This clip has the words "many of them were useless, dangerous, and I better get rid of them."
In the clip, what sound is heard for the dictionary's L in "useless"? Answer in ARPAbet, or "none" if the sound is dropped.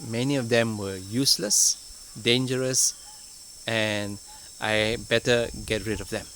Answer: L